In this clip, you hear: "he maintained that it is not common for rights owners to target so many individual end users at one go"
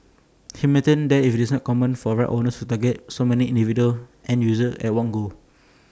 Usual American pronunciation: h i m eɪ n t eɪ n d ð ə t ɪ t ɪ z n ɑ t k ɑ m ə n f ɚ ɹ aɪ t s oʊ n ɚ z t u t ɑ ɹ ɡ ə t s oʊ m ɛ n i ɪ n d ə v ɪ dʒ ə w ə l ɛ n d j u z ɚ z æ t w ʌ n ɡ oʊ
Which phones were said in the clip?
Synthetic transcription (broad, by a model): h i m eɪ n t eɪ n d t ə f ɪ t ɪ s n ɑ t k ɑ m ə n f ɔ ɹ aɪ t oʊ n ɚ s t u t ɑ ɡ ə t s oʊ m ɛ n i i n d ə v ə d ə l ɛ n j u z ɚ ɛ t w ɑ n ɡ oʊ